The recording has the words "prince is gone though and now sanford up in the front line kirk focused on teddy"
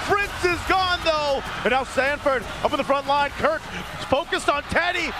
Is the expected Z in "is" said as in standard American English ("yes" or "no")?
yes